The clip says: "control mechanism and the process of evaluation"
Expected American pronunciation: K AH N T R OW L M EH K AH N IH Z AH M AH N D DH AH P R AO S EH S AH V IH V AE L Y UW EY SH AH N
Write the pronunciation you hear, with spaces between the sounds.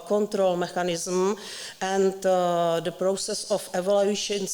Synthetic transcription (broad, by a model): K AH N T R OW L M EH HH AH N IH Z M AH N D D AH P R AO S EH S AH F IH V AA L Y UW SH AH N